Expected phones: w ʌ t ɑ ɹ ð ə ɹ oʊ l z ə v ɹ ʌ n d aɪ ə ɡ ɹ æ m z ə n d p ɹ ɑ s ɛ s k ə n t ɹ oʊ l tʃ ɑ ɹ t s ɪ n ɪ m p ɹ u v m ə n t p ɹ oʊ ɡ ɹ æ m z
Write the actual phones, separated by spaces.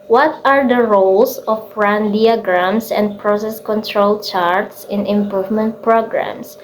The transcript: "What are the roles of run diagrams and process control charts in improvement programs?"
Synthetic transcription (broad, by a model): w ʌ t ɑ ɹ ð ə ɹ oʊ l s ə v ɹ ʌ n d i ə ɡ ɹ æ m s ə n d p ɹ ɑ s ɛ s k ə n t ɹ oʊ l tʃ ɑ ɹ t s ɪ n ɪ m p ɹ u v m ə n t p ɹ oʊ ɡ ɹ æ m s